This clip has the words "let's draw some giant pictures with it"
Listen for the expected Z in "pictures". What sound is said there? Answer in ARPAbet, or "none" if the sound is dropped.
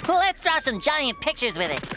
Z